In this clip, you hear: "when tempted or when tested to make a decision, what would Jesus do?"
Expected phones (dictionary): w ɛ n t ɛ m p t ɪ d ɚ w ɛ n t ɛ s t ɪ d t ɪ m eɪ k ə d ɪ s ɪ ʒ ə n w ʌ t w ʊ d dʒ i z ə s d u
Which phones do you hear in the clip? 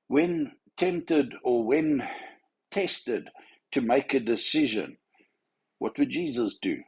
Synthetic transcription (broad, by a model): w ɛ n t ɛ m p t ɪ d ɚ w ɛ n t ɛ s t ɪ d t ɪ m eɪ k ə d ɪ s ɪ ʒ ə n w ʌ t w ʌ d dʒ i z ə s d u